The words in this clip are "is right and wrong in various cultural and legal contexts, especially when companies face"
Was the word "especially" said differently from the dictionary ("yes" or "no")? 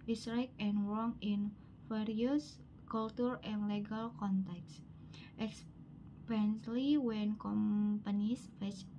yes